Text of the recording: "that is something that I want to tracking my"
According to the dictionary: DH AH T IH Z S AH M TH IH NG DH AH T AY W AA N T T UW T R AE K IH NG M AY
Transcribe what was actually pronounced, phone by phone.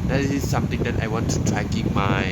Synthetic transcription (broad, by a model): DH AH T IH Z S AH M T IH NG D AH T AY W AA N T T UW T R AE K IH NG M AY